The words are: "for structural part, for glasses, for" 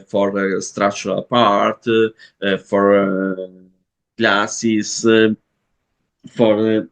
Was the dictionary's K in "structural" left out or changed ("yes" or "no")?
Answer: yes